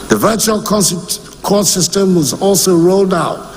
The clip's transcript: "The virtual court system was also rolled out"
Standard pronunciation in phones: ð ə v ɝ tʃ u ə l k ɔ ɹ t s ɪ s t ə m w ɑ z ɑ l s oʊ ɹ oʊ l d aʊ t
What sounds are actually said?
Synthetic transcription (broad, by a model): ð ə v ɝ tʃ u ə l k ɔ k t s ɪ s t ə m w ɑ z ɑ l s oʊ ɹ oʊ l d aʊ t